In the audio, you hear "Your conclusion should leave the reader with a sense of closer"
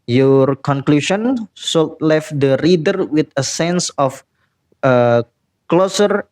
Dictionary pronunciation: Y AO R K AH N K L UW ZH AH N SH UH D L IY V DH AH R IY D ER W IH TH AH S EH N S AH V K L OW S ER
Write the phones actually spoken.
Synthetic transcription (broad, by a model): Y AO R K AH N K L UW SH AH N S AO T L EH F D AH R IY D ER W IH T AH S EH N S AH F K L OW S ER